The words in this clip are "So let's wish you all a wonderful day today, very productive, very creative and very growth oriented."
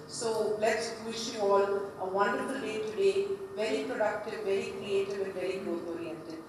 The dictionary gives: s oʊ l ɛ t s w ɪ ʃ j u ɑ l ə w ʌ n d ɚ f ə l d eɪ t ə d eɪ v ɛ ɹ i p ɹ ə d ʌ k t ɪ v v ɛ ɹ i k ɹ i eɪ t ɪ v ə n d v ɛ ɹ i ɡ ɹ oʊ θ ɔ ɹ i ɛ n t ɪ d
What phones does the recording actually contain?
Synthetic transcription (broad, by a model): s oʊ l ɛ t s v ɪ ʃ j u ɑ l ə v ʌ n d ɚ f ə l d eɪ t ə d eɪ v ɛ ɹ i p ɹ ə d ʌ k t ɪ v v ɛ ɹ i k ɹ i eɪ t ɪ v ə n d v ɛ ɹ i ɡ oʊ t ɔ ɹ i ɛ n t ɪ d